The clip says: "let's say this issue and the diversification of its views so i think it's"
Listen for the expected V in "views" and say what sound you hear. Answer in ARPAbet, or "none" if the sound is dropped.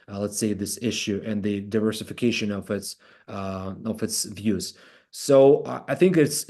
V